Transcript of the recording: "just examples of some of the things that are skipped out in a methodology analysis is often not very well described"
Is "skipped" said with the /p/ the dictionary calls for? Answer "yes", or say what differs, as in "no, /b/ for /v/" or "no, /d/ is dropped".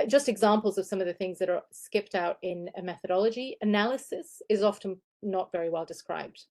yes